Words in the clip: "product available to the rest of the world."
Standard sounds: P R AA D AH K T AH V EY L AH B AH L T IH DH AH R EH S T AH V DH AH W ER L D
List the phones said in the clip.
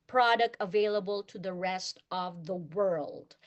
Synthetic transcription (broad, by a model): P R AA D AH K T AH V EY L AH B AH L T IH DH AH R EH S T AH V DH AH W ER L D